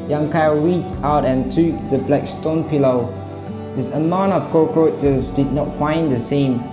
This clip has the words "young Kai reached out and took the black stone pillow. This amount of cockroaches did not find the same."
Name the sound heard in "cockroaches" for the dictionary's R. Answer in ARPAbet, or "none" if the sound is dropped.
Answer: none